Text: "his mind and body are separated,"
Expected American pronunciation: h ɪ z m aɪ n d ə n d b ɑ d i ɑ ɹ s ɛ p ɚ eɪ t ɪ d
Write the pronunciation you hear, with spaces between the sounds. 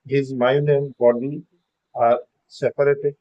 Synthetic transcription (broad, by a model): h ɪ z m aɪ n ə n b ɑ d i ɑ ɹ s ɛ p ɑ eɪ t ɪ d